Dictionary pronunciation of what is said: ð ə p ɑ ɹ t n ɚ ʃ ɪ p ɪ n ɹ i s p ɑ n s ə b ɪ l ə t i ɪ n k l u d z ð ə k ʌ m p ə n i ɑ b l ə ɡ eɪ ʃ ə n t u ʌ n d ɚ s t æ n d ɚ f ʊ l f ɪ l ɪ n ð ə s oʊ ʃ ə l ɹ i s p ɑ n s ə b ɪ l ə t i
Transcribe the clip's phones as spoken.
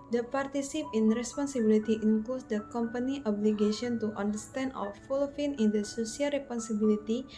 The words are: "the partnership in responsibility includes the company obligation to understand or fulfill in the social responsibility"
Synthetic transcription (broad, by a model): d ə p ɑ ɹ t i s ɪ p ɪ n ɹ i s p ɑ n s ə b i l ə t i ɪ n k l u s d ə k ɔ m p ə n i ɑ b l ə ɡ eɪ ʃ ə n t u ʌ n d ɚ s t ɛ n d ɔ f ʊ l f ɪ n ɪ n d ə s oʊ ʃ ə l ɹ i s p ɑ n s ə b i l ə t i